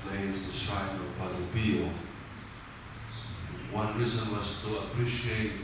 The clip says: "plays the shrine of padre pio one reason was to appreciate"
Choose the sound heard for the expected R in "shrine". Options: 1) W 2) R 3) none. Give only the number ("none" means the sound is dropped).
3